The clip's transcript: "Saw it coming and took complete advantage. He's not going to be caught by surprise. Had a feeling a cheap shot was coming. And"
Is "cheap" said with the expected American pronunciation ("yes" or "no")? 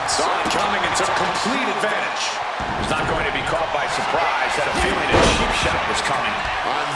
no